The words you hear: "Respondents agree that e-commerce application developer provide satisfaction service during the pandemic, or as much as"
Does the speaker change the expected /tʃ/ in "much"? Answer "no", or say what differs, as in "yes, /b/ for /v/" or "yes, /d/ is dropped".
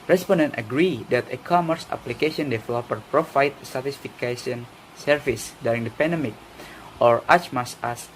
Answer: yes, /s/ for /tʃ/